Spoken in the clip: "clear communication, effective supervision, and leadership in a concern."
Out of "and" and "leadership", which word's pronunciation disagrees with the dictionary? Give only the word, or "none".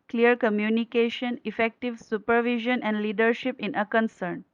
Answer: none